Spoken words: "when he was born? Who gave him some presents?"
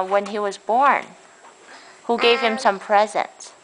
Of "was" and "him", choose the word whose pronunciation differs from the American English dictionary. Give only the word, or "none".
none